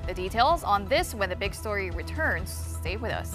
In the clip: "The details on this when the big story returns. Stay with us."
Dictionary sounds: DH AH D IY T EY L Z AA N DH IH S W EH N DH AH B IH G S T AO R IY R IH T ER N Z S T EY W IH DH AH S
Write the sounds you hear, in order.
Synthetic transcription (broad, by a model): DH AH D IY T EY L Z N DH IH S W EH N DH AH B IH G S T AO R IY R IH T ER N Z S T EY W IH DH AH S